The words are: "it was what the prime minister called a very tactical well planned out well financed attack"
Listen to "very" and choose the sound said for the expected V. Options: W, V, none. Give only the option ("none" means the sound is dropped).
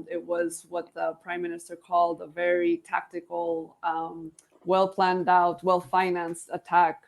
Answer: V